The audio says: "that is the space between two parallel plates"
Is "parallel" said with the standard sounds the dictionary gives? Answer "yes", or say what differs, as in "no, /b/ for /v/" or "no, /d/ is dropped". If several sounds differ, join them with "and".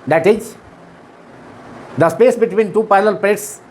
no, /ɹ/ is dropped